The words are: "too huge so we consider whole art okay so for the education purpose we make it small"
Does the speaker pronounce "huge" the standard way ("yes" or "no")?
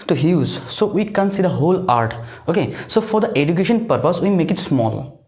no